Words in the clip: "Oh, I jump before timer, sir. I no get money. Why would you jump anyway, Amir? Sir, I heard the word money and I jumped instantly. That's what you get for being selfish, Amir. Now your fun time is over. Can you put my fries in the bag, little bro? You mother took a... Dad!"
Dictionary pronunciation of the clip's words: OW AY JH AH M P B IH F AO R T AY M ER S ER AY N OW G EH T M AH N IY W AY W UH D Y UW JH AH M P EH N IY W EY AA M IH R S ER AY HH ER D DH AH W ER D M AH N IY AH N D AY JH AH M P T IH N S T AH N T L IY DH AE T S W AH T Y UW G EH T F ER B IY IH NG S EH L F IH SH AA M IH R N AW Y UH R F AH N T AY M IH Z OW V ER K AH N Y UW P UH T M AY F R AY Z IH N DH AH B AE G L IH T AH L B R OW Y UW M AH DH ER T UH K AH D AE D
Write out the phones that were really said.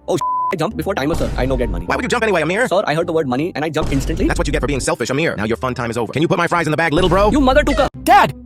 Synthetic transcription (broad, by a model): OW AY JH AH M P B IH F AO R T AY M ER S ER AY N OW G EH T M AH N IY W AY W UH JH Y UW JH AH M P EH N IY W EY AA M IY R S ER AY HH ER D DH AH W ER D M AH N IY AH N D AY JH AH M P IH N S T AH N T L IY DH AE T S W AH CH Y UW G EH T F ER B IY IH NG S EH L F IH SH AA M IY R N AW Y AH R F AH N T AY M IH Z OW V ER K AH N Y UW P UH T M AY F R AY Z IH N DH AH B AE G L IH T L B R OW Y UW M AH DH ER T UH K AH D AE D